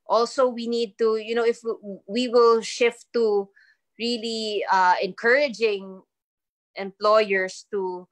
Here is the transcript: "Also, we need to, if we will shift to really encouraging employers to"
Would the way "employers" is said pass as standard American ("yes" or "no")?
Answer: no